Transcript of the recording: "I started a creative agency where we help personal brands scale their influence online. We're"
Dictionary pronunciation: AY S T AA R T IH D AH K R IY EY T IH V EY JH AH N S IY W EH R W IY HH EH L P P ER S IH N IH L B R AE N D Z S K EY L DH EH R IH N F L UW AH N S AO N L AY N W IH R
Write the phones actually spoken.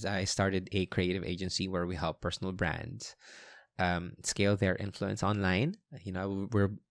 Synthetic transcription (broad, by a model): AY S T AA R T IH D AH K R IY EY T IH V EY JH AH N S IY W EH R W IY HH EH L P P ER S IH N IH L B R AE N D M S K EY L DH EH R IH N F L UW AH N S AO N L AY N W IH R